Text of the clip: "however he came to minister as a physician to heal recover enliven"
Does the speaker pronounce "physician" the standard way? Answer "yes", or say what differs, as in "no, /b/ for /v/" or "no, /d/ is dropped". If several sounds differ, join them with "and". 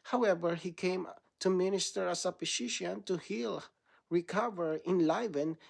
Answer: no, /p/ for /f/